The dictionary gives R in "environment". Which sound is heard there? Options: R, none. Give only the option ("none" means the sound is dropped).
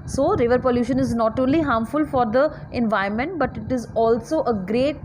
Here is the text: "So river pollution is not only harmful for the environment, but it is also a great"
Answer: none